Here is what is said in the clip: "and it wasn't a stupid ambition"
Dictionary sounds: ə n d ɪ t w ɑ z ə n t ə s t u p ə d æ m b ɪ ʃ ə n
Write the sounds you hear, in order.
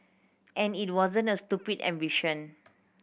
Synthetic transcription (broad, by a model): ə n ɪ t w ɑ z ə n t ə s t u p ə d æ m b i ʃ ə n